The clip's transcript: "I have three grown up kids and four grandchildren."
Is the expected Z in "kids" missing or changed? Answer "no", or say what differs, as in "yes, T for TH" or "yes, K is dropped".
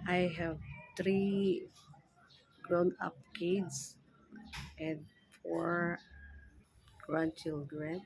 yes, S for Z